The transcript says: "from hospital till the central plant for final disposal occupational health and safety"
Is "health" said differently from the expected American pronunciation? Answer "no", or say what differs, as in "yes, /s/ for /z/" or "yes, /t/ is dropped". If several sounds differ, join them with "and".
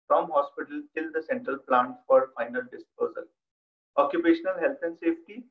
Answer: yes, /t/ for /θ/